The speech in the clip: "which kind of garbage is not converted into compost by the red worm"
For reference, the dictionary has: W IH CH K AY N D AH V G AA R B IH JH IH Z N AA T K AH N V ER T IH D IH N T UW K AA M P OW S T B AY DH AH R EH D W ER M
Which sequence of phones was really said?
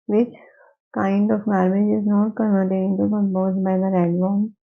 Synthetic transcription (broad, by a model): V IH CH K AY N D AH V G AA R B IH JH IH Z N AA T K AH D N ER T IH IH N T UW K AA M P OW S B AY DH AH R EH D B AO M